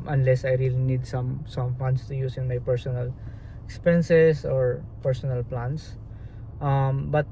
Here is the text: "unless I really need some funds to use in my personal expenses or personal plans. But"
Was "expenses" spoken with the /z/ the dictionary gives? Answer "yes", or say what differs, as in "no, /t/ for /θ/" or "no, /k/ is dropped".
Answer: no, /s/ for /z/